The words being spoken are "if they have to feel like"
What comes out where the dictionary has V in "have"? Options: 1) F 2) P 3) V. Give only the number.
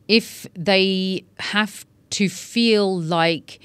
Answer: 1